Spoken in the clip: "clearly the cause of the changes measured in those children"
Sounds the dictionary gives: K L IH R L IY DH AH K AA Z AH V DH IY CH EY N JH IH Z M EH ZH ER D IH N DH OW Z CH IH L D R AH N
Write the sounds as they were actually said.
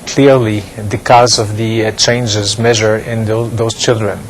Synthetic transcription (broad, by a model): K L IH R L IY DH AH K AA Z AH V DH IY CH EY N JH IH Z M EH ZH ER IH N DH OW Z CH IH L D R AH N